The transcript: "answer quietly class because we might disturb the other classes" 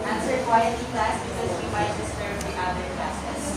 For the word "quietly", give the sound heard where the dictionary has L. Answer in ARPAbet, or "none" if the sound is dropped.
none